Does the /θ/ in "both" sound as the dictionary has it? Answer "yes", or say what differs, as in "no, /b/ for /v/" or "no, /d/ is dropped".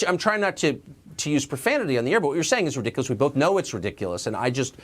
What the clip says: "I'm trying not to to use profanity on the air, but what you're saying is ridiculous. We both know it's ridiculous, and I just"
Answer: yes